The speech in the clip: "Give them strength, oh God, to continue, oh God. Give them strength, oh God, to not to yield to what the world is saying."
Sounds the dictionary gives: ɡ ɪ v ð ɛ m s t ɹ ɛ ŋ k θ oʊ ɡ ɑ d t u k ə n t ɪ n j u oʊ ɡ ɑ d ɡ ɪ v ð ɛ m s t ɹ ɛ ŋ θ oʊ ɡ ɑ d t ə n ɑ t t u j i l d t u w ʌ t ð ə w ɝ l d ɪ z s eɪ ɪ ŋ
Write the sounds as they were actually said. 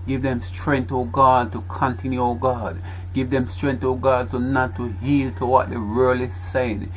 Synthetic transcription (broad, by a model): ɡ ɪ v ð ɛ m s t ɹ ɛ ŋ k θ oʊ ɡ ɑ d t u k ə n t ɪ n j u oʊ ɡ ɑ d ɡ ɪ v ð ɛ m s t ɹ ɛ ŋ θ oʊ ɡ ɑ d t ə n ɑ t t u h i l t u w ʌ t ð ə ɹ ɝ l ɪ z s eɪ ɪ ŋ